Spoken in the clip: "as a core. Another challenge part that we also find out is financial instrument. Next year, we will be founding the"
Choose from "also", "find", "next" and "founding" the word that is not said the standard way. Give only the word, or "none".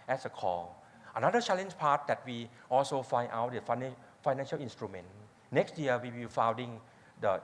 find